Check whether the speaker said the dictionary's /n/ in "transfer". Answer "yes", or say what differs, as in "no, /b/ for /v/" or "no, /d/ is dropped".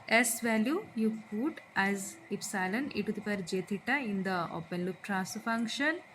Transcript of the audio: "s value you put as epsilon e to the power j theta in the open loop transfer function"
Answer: no, /n/ is dropped